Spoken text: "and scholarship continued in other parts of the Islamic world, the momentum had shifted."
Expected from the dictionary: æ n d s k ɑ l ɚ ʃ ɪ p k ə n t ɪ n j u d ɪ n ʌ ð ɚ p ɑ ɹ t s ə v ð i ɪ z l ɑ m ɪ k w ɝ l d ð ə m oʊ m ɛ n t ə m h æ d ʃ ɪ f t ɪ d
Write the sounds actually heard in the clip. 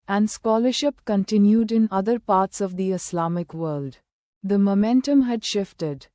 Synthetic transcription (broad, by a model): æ n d s k ɑ l ɚ ʃ ɪ p k ə n t ɪ n j u d ɪ n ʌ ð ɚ p ɑ ɹ t s ə v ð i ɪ s l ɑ m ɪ k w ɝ l d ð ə m oʊ m ɛ n t ə m h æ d ʃ ɪ f t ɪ d